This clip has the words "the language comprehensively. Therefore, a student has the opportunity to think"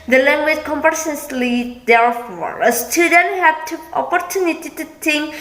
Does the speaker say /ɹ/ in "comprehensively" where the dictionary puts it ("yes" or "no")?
no